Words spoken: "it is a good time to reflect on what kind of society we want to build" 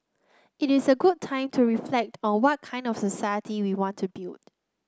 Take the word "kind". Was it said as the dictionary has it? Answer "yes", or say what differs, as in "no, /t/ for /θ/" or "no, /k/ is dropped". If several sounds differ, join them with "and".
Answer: yes